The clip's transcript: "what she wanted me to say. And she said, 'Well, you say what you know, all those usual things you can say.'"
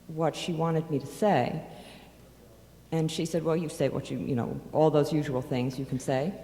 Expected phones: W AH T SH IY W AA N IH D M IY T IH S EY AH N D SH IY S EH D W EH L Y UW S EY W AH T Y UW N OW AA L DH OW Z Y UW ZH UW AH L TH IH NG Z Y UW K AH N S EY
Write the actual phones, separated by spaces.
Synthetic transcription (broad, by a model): W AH T SH IY W AA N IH D M IY T IH S EY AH N SH IY S EH D W EH L Y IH S EY W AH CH Y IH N OW AA L DH OW Z Y UW ZH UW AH L TH IH NG Z Y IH K N S EY